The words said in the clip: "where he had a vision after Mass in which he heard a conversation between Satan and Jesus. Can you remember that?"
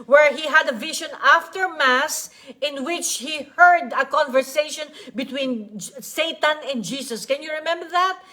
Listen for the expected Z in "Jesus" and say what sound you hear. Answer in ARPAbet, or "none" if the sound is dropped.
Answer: S